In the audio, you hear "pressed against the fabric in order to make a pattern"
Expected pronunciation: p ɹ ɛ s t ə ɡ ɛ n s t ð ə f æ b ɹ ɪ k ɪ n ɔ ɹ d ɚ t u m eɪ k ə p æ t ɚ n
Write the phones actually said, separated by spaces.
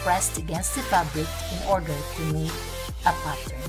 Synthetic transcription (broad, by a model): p ɹ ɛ s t ə ɡ ɛ n s t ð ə p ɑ b l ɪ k ɪ n ɔ ɹ d ɚ t u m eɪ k ə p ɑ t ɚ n